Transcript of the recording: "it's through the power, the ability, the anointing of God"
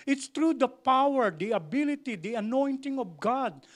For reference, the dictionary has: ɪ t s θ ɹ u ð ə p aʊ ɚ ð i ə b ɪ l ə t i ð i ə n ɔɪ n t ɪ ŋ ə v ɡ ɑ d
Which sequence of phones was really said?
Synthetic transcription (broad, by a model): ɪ t s t ɹ u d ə p aʊ ɚ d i ə b ɪ l ə t i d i ə n ɔɪ n t ɪ ŋ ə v ɡ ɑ d